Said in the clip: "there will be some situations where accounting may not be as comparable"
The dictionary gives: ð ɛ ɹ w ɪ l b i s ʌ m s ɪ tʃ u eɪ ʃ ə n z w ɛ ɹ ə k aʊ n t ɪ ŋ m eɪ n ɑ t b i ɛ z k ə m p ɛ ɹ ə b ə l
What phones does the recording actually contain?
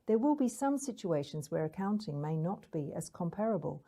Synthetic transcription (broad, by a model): ð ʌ ɹ w ɪ l b i s ʌ m s ɪ tʃ u eɪ ʃ ə n z w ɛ ɹ ə k aʊ n t ɪ ŋ m eɪ n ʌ t b i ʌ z k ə m p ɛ ɹ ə b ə l